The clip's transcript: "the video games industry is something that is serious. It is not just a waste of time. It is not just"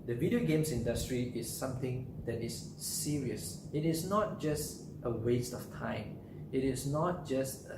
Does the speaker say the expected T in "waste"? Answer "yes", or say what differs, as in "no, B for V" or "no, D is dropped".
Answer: yes